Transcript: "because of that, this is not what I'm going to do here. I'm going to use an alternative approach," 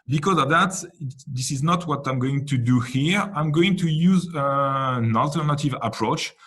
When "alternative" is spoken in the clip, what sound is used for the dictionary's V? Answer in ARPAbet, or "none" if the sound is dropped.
V